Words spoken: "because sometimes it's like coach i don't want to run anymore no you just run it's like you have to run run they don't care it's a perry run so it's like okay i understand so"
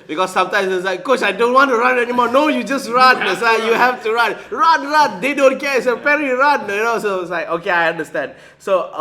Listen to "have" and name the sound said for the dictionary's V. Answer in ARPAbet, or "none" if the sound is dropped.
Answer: F